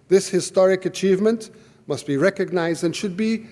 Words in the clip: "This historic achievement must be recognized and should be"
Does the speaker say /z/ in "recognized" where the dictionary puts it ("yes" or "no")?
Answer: yes